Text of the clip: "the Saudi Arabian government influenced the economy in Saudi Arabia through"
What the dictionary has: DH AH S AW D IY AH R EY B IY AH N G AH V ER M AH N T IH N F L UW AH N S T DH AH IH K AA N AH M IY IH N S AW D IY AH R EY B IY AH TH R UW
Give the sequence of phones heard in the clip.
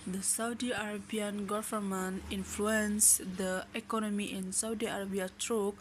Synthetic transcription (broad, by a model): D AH S AW D IY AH R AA B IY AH N G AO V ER M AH N IH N F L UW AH N S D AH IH K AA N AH M IY IH N S AW D IY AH R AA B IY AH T R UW